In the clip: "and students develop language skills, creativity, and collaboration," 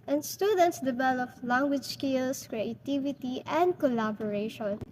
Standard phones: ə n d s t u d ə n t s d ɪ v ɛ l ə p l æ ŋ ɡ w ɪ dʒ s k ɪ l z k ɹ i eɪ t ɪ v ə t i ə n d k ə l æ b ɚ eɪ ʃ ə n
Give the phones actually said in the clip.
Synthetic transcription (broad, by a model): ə n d s t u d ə n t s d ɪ b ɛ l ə f l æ ŋ ɡ w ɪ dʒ s k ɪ l s k ɹ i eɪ t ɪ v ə t i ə n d k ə l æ b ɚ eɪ ʃ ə n